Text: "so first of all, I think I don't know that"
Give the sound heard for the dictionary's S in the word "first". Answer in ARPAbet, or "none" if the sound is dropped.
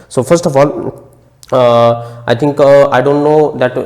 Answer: S